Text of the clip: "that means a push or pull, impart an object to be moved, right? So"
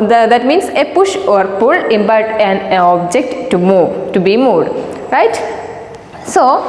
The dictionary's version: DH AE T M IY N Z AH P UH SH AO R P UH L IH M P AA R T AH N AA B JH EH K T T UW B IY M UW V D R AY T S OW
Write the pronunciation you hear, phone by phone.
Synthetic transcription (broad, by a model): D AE T M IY N S AH P UH SH AO R P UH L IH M B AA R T AH N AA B JH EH K T T UW B IY M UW D R AY T S OW